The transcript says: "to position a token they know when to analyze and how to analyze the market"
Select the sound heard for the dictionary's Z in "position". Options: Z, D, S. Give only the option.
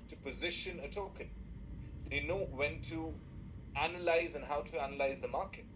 Z